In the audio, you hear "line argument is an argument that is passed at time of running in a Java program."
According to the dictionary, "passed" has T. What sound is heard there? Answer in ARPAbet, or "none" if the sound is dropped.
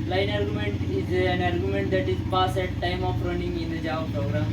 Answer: none